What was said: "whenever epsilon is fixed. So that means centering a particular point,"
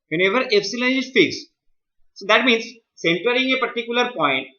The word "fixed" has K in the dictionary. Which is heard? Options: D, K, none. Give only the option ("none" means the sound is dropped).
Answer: none